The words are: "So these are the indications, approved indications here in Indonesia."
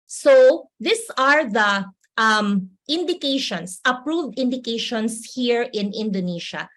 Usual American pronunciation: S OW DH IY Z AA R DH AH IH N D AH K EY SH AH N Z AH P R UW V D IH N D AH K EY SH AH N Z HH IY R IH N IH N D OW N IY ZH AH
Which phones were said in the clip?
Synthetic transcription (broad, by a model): S OW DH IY S AA R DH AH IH N D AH K EY SH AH N S AH P R UW V D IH N D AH K EY SH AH N S HH IY R IH N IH N D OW N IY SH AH